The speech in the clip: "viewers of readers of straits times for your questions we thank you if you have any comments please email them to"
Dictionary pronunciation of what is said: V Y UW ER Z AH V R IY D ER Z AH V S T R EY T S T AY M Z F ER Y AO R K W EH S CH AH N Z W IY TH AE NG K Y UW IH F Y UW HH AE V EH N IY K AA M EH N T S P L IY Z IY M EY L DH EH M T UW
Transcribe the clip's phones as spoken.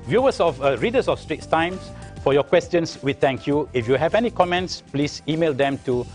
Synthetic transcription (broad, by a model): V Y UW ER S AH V R IY D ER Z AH F S T R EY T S T AY M S F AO Y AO K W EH S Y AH N S W IY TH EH NG K Y UW IH F Y UW HH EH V EH N IY K AA M EH N T S P L IY S IY M EY L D EH M T UW